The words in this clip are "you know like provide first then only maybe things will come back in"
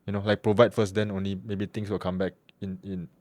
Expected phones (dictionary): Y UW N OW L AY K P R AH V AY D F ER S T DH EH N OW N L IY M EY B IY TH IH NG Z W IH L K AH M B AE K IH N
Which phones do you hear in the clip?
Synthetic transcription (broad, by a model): Y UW N OW L AY K P R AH V AY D F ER S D EH N OW N L IY M EY B IY T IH NG S W IH L K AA M B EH K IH N